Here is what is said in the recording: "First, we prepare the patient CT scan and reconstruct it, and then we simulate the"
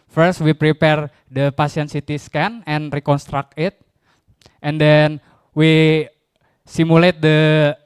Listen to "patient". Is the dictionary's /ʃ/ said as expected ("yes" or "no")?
no